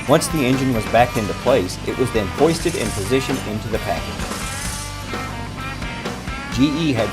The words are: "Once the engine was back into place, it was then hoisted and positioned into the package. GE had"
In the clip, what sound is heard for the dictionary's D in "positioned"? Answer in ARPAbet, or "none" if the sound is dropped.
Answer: none